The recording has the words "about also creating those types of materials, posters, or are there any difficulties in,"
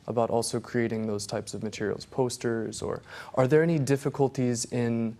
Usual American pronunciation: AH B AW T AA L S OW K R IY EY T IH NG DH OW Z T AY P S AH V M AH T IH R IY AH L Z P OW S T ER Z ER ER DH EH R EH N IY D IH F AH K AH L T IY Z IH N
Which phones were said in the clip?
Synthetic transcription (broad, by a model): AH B AW T AA L S OW K R IY EY T IH NG DH OW Z T AY P S AH V M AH T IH R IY L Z P OW S T ER Z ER ER DH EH R EH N IY D IH F AH K AH L T IY Z IH N